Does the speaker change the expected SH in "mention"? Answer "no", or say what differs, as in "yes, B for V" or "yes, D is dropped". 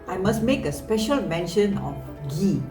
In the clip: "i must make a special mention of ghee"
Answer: no